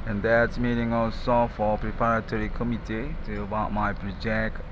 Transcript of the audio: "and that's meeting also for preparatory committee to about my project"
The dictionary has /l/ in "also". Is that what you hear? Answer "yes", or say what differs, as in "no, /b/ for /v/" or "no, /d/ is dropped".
no, /l/ is dropped